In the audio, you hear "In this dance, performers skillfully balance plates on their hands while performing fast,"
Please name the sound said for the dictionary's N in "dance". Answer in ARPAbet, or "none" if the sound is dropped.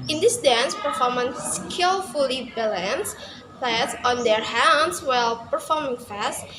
N